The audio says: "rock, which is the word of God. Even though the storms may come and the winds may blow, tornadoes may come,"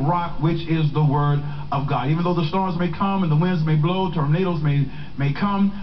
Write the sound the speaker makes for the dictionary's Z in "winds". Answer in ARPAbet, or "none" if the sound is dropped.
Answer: Z